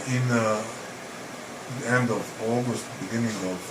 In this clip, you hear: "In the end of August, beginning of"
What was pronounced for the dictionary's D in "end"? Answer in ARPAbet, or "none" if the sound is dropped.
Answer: D